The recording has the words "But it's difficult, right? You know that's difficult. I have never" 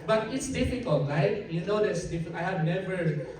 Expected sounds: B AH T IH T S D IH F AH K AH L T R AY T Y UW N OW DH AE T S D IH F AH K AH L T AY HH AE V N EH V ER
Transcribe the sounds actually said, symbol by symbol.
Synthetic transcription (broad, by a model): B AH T IH T S D IH F AH K AH L T L AY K Y UW N OW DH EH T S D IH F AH AH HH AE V N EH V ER